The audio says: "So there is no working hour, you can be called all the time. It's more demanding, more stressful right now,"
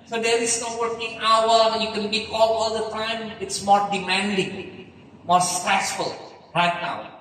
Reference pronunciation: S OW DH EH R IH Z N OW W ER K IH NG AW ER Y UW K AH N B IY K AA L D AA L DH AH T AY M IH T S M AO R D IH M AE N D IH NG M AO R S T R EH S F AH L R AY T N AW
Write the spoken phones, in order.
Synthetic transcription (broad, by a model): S OW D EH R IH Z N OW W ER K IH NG AW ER Y UW K AH N B IY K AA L AA L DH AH T AY M IH T S M AO R D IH M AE N D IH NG M AO R S T R EH S F AH L R AY T N AW